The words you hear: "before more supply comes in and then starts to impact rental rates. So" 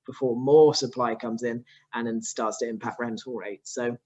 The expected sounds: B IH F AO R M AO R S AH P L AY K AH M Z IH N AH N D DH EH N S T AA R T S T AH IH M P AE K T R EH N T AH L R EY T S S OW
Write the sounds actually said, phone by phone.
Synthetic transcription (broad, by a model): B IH F AO M AO S AH P L AY K AH M Z IH N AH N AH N S T AA T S T AH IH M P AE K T R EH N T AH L R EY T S S OW